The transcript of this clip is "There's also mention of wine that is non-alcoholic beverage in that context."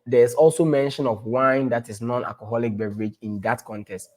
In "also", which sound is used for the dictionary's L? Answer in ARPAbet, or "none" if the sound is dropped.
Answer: L